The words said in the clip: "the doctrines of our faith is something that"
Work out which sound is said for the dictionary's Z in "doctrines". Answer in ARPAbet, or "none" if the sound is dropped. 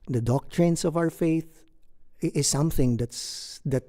S